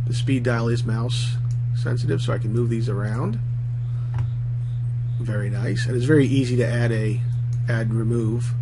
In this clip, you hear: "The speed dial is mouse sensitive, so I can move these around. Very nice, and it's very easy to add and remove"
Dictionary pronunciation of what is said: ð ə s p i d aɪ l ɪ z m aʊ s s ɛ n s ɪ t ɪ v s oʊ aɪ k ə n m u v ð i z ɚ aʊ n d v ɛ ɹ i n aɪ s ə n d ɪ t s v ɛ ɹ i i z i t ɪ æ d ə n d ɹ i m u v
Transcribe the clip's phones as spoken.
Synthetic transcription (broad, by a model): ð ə s p i d aɪ l ɪ z m aʊ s s ɛ n s ɪ t ɪ v s oʊ aɪ k n m u v ð i z ɚ aʊ n d v ɛ ɹ i n aɪ s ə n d ɪ t s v ɛ ɹ i i z i t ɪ æ d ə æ d ɹ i m u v